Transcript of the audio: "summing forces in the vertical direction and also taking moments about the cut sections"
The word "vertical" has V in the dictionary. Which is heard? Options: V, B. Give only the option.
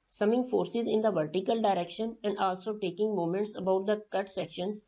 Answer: V